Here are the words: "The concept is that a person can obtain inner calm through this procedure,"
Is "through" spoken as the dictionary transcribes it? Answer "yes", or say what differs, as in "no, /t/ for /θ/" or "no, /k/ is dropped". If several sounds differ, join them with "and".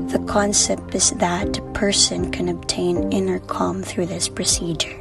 yes